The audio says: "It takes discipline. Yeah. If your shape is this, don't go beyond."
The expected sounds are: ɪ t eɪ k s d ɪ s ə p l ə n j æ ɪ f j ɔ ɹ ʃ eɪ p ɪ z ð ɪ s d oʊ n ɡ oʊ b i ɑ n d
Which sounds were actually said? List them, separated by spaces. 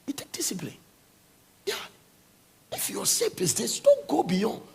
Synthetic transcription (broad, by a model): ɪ t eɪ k d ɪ s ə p l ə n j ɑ ɪ f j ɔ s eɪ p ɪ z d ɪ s d oʊ n ɡ oʊ b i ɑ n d